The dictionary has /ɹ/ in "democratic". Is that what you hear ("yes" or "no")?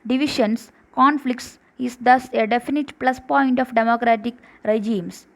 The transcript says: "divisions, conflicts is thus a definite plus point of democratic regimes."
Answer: yes